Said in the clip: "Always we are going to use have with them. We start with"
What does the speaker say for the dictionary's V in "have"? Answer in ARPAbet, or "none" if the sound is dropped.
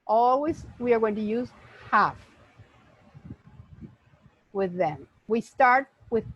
F